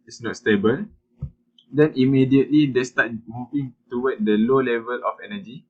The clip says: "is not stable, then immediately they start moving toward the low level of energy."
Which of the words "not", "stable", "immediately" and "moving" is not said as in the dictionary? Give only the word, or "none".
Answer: moving